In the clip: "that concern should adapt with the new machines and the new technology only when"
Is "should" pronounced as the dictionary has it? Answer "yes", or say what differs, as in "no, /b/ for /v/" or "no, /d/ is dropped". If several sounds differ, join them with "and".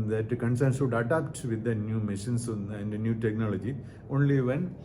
no, /s/ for /ʃ/